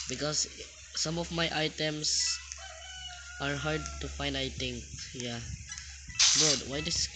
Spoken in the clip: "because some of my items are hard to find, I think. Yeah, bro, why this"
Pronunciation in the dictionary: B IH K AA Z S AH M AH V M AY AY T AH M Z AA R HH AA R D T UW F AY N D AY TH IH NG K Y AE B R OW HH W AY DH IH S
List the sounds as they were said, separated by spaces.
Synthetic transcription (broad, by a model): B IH K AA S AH M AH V M AY AY T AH M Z AA R HH AA R D T UW F AY N D AY T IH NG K Y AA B OW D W AY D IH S